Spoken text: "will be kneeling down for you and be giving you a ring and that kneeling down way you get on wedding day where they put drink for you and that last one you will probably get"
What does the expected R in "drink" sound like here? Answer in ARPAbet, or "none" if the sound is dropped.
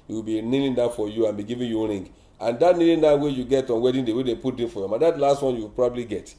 none